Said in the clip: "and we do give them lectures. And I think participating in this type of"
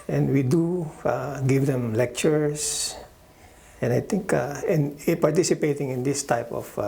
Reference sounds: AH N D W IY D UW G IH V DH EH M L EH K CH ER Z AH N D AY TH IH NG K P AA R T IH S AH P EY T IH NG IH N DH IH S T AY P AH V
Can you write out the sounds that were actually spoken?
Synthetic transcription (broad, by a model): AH N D W IY D UW G IH V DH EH M L EH K CH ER S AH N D AY T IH NG K P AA R T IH S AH P EY T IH NG IH N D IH S T AY P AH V